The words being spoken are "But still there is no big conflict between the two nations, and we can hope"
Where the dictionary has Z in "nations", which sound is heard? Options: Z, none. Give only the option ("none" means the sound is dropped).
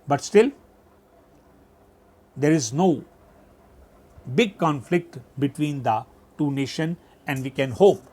none